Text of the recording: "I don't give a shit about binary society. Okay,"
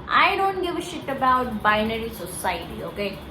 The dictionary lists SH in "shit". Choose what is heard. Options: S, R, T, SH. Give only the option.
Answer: SH